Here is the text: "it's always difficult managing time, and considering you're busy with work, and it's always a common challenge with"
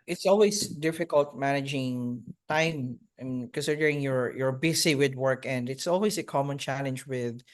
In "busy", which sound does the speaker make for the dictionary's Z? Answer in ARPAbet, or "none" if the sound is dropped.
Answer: S